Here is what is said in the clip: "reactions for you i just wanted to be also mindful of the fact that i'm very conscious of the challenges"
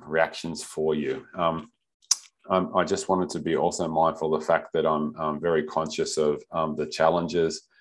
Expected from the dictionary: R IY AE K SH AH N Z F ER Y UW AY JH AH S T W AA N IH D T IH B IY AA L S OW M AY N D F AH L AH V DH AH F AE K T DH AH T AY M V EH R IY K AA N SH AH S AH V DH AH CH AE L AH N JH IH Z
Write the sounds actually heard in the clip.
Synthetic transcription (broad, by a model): R IY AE K SH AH N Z F ER Y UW AY JH AH S T W AA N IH D T IH B IY AA L S OW M AY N F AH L DH AH F AE K T DH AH T AY M V EH R IY K AA N SH AH S AH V DH AH CH AE L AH N JH IH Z